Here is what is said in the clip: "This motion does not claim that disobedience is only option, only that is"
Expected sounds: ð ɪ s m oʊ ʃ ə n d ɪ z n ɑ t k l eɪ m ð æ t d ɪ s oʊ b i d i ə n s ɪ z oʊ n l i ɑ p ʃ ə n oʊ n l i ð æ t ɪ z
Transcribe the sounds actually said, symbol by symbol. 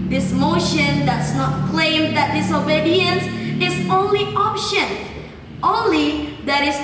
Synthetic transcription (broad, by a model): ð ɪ s m oʊ ʃ ə n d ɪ s n ɑ t k l eɪ m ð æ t d ɪ s oʊ b i d i ə n s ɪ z oʊ n l i ɑ p ʃ ə n oʊ n l i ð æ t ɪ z